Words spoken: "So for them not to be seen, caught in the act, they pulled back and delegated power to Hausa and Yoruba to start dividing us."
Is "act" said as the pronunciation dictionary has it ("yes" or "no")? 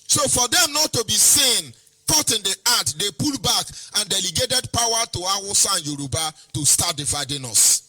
no